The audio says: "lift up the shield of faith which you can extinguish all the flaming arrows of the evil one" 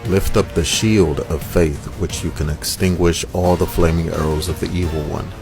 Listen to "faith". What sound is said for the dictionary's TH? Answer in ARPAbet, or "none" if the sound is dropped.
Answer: TH